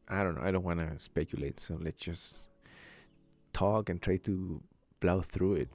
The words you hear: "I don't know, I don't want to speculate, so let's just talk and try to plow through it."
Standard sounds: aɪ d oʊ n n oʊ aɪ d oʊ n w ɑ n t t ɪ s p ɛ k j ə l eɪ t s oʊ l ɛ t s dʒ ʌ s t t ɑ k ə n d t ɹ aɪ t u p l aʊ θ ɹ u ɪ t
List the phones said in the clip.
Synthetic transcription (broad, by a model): aɪ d oʊ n n oʊ aɪ d oʊ n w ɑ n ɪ s p ɛ k j ə l eɪ t s oʊ l ɛ t s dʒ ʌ s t t ɑ k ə n t ɹ aɪ t u b l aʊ θ ɹ u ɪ t